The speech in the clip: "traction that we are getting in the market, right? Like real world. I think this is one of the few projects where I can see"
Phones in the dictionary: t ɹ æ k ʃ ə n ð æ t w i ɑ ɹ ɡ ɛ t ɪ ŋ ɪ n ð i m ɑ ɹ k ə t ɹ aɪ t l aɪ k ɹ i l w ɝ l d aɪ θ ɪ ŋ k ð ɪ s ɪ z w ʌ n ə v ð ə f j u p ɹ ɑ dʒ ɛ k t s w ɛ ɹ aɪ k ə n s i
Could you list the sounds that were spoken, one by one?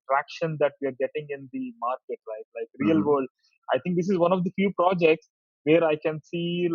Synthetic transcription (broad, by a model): t ɹ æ k ʃ ə n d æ t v i ɑ ɹ ɡ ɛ t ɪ ŋ ɪ n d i m ɑ ɹ k ə t l aɪ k l aɪ k ɹ i l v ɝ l d aɪ t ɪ ŋ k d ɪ s ɪ z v ʌ n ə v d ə f j u p ɹ ɑ dʒ ɛ k t s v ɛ ɹ aɪ k ə n s i